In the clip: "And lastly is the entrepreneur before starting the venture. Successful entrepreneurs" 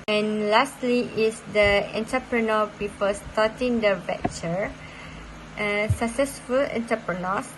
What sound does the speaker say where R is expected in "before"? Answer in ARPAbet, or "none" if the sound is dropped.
L